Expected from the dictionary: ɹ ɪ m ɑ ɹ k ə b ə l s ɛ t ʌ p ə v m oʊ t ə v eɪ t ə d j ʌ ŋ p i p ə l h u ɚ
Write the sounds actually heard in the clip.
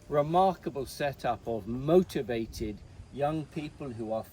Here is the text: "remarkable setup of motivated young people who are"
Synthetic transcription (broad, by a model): ɹ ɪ m ɑ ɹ k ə b ə l s ɛ t ʌ p ə v m oʊ t ə v eɪ t ə d j ʌ ŋ p i p ə l h u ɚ